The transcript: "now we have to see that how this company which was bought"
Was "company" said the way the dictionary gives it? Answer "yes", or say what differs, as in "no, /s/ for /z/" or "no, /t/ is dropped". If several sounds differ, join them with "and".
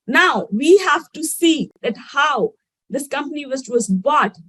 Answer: yes